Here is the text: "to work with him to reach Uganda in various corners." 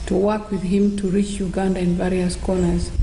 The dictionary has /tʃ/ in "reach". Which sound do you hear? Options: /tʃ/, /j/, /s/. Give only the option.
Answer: /tʃ/